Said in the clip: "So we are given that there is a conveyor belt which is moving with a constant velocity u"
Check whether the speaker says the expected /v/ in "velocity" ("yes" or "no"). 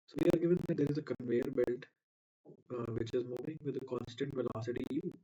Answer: yes